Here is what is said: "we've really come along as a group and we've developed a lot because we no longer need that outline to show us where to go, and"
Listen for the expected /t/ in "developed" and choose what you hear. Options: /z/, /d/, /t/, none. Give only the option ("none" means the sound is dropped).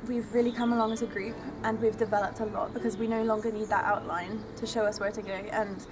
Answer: /t/